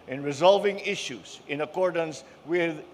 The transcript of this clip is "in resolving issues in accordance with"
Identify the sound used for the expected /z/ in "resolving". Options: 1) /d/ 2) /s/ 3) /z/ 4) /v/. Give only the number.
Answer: 3